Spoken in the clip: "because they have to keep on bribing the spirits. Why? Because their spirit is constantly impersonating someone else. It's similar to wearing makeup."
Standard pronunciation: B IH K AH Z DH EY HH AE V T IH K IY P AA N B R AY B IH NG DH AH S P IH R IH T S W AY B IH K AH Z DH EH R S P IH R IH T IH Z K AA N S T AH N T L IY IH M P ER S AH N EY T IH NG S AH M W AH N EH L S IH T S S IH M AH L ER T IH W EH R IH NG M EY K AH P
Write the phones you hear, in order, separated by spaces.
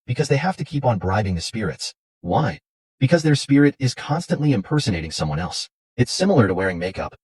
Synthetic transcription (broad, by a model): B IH K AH Z DH EY HH AE F T IH K IY P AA N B R AY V IH NG DH AH S P IH R IH T S W AY B IH K AH Z DH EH R S P IH R IH T IH Z K AA N S T AH N T L IY IH M P ER S AH N EY T IH NG S AH M W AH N EH L S IH T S S IH M L ER T IH W EH R IH NG M EY K AH P